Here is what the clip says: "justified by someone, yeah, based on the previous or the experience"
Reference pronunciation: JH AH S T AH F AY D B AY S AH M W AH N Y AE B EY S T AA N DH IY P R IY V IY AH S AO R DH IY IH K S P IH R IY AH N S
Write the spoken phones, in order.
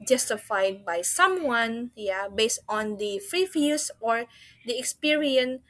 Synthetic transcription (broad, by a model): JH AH S T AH F AY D B AY S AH M W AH N Y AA B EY S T AA N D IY F R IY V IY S AO R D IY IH K S P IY R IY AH N